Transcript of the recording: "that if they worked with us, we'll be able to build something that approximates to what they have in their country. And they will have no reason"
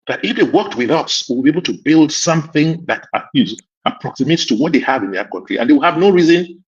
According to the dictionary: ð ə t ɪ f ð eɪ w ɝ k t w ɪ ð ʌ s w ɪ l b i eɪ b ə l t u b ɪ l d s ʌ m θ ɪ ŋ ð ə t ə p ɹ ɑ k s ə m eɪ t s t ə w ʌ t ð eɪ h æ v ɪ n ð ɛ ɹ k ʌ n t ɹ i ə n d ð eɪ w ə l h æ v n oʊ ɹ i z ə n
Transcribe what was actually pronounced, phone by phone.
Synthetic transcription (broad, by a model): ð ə t ɪ f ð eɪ w ɝ k t w ɪ ð ʌ s w ɪ l b i eɪ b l t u b ɪ l d s ʌ m θ ɪ ŋ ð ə t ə p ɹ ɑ k s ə m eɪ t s t ə w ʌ t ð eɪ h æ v ɪ n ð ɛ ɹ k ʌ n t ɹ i ə n d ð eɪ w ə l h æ v n oʊ ɹ i z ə n